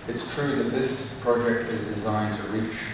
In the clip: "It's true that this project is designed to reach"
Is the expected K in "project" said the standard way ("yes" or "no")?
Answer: yes